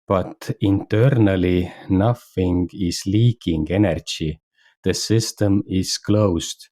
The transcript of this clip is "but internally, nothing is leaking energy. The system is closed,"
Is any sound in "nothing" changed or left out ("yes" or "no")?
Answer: yes